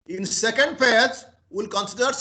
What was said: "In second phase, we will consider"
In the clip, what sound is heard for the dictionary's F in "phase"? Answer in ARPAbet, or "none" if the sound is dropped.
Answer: P